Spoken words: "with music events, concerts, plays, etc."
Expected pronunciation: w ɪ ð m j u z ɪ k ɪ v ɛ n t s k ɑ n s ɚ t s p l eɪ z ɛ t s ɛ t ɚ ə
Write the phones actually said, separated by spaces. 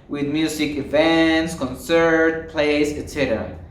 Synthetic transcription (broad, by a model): w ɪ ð m j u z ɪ k ɪ v ɛ n t s k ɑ n s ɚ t p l eɪ s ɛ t s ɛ t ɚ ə